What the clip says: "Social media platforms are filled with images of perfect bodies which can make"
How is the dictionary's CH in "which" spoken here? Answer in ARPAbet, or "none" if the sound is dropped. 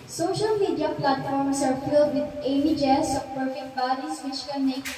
SH